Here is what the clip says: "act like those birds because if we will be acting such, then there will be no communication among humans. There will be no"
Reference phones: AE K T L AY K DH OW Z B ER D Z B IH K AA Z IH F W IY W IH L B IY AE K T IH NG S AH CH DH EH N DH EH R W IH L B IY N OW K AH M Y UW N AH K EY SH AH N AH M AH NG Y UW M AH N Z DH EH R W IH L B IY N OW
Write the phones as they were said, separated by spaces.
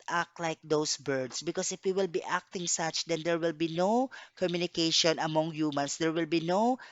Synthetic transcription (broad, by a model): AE K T L AY K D OW S B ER D S B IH K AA S IH F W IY W IH L B IY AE K T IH NG S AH CH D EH N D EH R W IH L B IY N OW K AH M Y UW N AH K EY SH AH N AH M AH NG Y UW M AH N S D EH R W IH L B IY N OW